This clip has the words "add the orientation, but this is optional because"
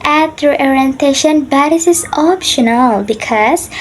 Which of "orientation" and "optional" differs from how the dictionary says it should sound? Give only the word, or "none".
none